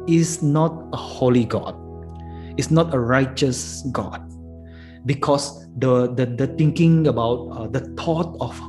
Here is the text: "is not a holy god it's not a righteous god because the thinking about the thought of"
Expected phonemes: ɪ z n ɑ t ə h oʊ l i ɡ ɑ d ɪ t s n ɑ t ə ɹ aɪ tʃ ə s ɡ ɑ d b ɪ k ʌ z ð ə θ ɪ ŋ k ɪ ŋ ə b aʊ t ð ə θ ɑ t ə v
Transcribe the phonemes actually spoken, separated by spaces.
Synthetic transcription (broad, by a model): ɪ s n ɑ t ə h oʊ l i ɡ ɑ d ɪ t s n ɑ t ə ɹ aɪ tʃ ə s ɡ ɑ d b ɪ k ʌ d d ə t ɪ ŋ k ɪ ŋ ə b aʊ t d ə t ɑ t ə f